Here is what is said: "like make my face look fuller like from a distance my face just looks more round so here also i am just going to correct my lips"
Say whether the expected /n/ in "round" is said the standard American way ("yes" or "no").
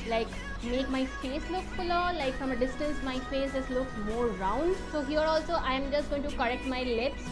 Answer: yes